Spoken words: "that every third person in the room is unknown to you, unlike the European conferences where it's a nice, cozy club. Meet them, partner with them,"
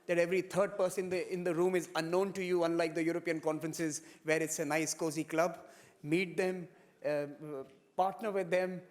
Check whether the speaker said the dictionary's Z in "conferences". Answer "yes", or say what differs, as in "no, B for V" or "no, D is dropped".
yes